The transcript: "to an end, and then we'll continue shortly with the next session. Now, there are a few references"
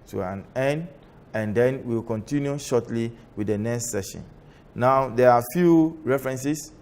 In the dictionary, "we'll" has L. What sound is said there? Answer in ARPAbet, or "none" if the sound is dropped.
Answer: W